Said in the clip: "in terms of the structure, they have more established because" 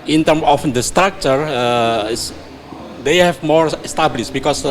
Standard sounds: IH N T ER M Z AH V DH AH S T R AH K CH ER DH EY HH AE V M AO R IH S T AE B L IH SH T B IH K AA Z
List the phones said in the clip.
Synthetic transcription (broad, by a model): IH N T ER M AH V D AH S T R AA K CH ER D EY HH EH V M AO R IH S T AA B L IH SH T B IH K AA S